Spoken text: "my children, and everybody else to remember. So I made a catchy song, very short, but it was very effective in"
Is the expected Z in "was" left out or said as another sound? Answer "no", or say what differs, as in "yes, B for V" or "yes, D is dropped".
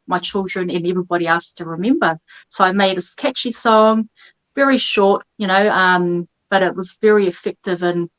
no